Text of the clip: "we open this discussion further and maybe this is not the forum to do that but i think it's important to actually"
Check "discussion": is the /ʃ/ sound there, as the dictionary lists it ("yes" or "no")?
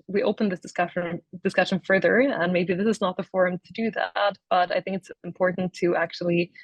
yes